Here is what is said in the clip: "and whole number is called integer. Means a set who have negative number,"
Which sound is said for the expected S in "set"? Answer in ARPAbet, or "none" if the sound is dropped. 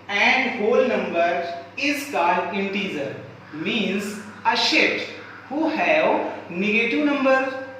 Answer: SH